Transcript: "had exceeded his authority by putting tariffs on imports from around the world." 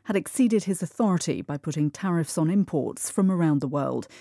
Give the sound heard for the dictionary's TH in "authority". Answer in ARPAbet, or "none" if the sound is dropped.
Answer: TH